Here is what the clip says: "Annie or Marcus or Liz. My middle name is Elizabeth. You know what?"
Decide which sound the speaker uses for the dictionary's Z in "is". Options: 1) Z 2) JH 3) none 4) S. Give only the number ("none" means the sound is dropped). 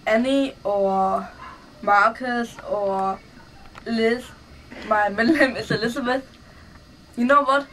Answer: 4